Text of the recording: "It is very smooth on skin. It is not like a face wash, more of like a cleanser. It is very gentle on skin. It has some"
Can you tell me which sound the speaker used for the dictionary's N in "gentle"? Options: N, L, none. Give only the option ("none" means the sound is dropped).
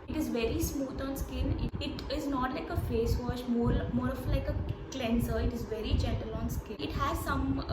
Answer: none